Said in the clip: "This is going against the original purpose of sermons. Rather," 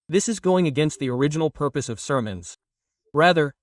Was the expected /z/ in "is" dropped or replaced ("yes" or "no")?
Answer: no